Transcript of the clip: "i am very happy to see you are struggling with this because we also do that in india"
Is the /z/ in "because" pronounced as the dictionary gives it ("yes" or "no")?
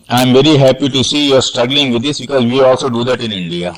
yes